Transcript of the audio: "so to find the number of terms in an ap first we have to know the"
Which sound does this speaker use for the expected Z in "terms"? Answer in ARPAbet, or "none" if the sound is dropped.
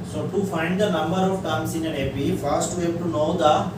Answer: S